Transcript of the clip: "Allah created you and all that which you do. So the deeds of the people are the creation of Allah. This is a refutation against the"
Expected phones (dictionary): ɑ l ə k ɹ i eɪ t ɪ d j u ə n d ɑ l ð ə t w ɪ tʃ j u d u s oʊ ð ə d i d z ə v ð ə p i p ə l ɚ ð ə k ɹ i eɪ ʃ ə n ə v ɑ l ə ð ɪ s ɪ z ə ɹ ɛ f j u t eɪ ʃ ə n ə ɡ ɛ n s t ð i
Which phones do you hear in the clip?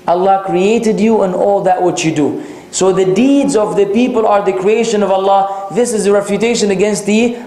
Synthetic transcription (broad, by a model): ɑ l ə k ɹ i eɪ t ɪ d j u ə n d ɑ l ð ə t w ɪ tʃ j u d u s oʊ ð ə d i d z ə v ð ə p i p ə l ɚ ð ə k ɹ i eɪ ʃ ə n ə v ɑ l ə ð ɪ s ɪ z ə ɹ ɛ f j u t eɪ ʃ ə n ə ɡ ɛ n s t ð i